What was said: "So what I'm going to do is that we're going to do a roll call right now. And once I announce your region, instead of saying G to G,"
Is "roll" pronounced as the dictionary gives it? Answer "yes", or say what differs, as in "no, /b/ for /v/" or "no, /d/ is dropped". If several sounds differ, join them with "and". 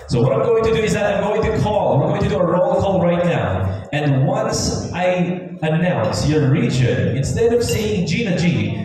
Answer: yes